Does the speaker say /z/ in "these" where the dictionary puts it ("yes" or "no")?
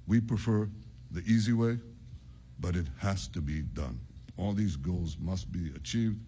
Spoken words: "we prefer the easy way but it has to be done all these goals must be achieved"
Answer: yes